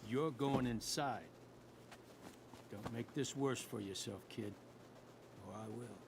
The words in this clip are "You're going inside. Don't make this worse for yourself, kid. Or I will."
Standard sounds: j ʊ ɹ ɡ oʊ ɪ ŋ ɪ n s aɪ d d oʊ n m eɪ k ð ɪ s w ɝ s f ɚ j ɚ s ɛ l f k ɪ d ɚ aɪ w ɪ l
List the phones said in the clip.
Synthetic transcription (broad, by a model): j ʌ ɹ ɡ oʊ ɪ ŋ ɪ n s aɪ d d oʊ n m eɪ k ð ɪ s w ɝ s f ɚ j ɚ s ɛ l f k ɪ d ɚ aɪ w ɪ l